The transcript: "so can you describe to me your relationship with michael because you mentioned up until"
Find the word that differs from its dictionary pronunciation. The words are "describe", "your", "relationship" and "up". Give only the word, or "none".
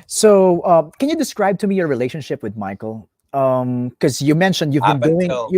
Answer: up